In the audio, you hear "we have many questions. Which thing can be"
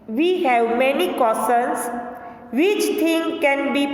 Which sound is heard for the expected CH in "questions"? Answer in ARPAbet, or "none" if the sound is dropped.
none